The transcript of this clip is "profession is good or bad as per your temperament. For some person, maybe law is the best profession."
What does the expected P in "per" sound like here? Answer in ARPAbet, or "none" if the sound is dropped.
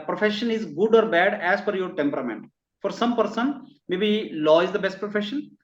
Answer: F